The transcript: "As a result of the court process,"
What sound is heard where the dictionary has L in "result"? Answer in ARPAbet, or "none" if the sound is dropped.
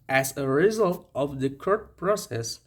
L